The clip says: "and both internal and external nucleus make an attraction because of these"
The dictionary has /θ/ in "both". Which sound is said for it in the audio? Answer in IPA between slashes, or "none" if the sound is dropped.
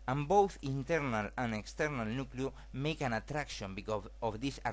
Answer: /θ/